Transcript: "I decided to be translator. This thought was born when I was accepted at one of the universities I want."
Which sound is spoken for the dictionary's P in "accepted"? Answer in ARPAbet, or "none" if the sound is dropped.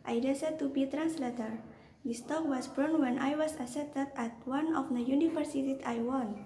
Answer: none